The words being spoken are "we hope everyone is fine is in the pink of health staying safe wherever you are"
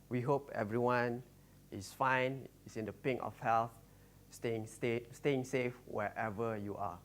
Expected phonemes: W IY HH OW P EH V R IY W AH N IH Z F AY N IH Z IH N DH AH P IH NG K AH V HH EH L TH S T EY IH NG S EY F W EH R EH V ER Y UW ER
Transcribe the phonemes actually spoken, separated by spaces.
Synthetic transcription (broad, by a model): W IY HH OW P EH V R IY W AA N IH S F AY N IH S IH N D AH P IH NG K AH F HH EH L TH S T EY IH NG S EY F W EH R EH V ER Y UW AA